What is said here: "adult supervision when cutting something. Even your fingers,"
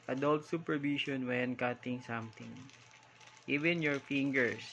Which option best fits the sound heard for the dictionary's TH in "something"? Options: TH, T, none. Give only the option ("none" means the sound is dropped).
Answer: T